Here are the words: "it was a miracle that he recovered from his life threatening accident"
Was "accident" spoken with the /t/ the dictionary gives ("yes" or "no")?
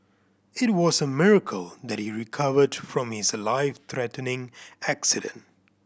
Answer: yes